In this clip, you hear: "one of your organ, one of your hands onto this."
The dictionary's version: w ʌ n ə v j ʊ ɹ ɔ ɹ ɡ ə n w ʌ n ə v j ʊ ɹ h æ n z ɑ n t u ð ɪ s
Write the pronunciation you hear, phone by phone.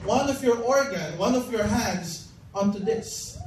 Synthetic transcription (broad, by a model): w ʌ n ə v j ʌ ɹ ɔ ɹ ɡ ə n w ʌ n ə v j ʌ ɹ h æ n z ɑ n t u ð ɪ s